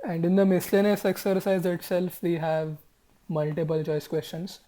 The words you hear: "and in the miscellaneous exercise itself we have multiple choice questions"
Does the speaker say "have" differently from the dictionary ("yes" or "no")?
no